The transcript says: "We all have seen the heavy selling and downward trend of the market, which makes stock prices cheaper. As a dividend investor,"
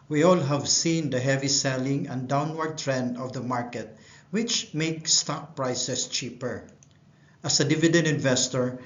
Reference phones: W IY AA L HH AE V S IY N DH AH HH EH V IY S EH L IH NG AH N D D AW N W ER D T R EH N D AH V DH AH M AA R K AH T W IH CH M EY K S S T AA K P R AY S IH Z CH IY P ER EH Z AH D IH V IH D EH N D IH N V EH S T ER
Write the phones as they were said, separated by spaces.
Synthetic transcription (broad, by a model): W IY AA L HH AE V S IY N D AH HH EH V IY S EH L IH NG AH N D D AW N W ER D T R EH N D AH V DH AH M AA R K AH T W IH CH M EY K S S T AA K P R AY S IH S CH IY P ER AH S AH D IH V IH D EH N D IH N V EH S T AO